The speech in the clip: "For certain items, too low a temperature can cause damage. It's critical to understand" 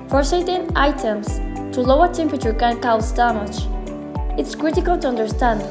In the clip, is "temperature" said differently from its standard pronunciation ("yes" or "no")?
no